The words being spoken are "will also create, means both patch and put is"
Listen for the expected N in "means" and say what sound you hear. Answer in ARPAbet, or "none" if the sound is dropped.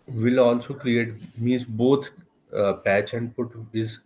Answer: none